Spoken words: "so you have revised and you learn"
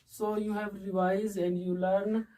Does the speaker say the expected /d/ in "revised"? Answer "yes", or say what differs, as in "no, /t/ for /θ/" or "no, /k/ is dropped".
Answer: no, /d/ is dropped